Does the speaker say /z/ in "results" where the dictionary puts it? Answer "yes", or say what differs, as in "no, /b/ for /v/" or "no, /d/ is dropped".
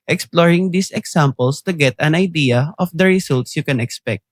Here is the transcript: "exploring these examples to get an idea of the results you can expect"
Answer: no, /s/ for /z/